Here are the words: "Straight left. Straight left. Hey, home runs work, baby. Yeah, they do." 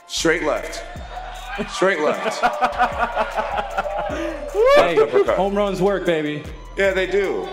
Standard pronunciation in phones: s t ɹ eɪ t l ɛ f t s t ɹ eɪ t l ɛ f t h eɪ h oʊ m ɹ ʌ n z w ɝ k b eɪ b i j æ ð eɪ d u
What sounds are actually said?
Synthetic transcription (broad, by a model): s t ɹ eɪ t l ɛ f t s t ɹ eɪ t l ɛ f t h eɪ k oʊ m ɹ ʌ n z w ɝ k b eɪ b i j æ ð eɪ d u